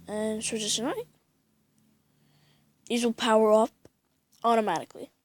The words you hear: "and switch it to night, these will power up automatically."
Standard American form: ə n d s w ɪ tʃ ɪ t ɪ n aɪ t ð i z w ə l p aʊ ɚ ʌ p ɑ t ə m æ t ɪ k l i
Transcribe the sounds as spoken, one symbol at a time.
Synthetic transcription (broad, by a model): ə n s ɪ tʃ ɪ s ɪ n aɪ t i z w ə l p aʊ ɚ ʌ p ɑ t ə m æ t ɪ k l i